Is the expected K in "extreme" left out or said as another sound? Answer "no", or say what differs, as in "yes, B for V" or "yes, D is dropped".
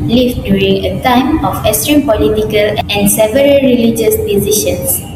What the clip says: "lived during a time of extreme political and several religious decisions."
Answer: yes, K is dropped